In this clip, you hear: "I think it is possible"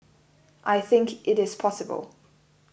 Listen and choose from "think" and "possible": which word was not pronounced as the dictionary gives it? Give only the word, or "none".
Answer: none